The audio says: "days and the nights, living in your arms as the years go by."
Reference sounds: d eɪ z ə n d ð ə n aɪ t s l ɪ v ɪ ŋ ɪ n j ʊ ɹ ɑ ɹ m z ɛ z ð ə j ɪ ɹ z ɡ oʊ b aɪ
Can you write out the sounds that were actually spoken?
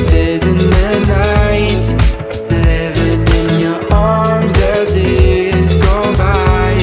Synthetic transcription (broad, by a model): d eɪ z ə n ð ə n aɪ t l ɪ v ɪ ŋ ɪ n j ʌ ɹ ɑ ɹ m z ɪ z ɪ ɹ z ɡ oʊ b aɪ